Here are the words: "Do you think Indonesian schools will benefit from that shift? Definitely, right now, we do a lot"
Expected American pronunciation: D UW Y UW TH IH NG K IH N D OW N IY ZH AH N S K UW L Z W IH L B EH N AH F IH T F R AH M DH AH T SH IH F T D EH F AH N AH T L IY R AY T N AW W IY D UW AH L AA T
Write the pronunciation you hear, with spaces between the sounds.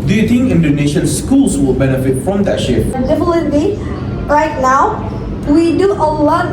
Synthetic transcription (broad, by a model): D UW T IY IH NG IH N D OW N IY SH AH N S K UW L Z W IH L B EH N AH F IH T F R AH M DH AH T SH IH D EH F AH L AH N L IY R AY T N AW W IY D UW AH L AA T